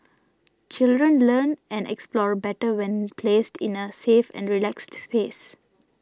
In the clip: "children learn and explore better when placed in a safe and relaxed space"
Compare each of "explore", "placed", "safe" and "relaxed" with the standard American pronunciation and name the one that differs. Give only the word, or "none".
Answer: none